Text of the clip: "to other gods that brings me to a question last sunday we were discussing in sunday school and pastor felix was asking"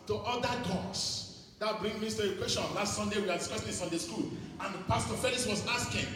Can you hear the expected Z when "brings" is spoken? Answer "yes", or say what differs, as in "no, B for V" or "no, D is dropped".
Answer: no, Z is dropped